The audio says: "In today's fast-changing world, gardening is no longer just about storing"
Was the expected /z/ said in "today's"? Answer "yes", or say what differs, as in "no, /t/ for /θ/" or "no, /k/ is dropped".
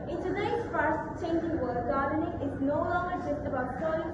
no, /z/ is dropped